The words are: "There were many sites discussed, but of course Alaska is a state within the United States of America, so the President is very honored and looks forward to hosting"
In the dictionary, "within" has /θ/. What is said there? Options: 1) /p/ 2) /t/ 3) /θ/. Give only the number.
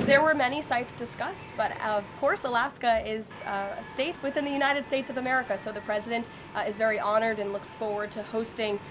3